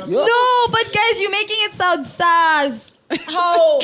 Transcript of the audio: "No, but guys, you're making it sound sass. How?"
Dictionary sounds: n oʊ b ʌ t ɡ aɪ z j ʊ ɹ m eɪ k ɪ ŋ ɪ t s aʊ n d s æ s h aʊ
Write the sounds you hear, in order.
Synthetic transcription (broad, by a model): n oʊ b ʌ t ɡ aɪ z j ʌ m eɪ k ɪ ŋ ɪ t s aʊ n d s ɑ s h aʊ